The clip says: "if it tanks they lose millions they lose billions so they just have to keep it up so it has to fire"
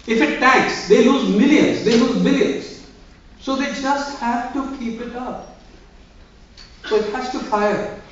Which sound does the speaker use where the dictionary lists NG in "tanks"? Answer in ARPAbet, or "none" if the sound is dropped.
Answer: none